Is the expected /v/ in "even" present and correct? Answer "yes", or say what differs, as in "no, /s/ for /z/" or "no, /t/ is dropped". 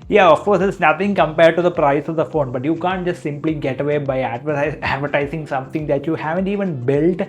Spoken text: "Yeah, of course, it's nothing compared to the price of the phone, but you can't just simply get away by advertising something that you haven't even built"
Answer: yes